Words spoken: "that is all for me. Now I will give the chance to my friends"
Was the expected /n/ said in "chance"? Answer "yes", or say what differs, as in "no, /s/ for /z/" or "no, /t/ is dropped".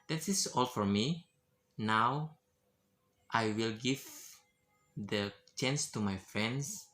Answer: yes